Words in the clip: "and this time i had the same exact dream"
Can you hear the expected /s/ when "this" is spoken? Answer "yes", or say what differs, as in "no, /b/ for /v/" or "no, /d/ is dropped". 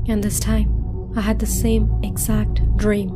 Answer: yes